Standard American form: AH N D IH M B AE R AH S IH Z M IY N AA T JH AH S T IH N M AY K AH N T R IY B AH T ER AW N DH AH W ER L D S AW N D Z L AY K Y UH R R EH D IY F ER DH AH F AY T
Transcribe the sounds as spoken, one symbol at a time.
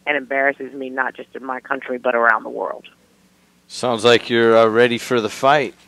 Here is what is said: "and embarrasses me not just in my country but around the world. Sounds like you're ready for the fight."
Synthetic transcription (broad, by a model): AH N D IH M B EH R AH S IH Z M IY N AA T JH AH S T IH N M AY K AH N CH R IY B AH T ER AW N DH AH W ER L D S AW N D Z L AY K Y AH R R EH D IY F ER DH AH F AY T